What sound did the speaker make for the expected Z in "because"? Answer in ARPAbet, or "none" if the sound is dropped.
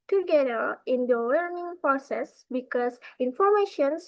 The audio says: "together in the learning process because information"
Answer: S